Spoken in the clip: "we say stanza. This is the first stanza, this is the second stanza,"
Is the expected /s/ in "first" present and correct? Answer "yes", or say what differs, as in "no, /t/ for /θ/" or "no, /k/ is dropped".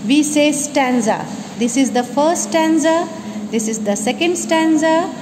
no, /s/ is dropped